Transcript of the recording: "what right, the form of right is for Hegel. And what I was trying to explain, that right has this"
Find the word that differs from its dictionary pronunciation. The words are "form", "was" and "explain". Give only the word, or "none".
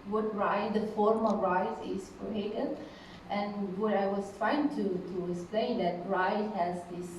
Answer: was